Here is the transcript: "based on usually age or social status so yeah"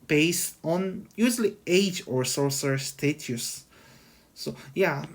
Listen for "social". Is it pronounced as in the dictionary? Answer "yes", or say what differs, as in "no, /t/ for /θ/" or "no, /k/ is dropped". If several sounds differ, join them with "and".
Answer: no, /s/ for /ʃ/